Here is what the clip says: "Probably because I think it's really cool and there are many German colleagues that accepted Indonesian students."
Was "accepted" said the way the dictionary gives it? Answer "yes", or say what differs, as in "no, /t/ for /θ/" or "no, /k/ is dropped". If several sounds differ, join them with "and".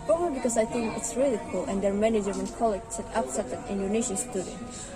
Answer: no, /p/ is dropped